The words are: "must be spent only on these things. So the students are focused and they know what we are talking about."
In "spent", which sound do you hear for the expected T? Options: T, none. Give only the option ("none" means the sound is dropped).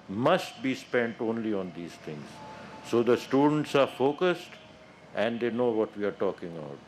T